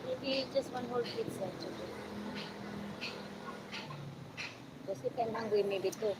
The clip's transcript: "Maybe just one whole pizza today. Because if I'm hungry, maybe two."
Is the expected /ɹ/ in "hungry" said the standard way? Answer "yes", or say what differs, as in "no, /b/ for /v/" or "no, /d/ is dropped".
no, /w/ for /ɹ/